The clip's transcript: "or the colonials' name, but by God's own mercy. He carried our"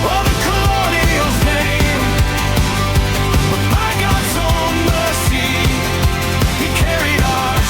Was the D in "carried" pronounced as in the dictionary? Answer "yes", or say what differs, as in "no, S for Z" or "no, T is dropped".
yes